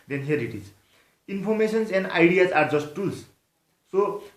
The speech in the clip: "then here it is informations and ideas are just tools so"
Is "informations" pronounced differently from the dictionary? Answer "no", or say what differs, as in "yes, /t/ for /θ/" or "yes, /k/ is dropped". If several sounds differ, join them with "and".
yes, /p/ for /f/ and /s/ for /ʃ/ and /s/ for /z/